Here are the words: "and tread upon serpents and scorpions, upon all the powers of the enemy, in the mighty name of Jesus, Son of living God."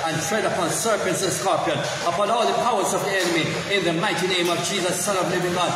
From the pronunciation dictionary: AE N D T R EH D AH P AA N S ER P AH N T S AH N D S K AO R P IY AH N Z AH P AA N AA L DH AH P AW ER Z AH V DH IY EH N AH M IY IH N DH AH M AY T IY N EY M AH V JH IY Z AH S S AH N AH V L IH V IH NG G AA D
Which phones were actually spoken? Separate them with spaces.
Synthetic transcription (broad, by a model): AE N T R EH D AH P AA N S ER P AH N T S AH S K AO R P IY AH N AH P AA N AA L DH AH P AW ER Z AH V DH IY EH N AH M IY IH N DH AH M AY T IY N EY M AH V JH IY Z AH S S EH L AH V L IH V IH NG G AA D